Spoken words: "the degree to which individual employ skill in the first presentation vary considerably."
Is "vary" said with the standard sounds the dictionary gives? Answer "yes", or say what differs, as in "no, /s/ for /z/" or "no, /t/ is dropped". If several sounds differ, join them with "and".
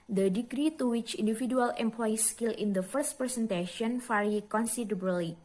no, /f/ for /v/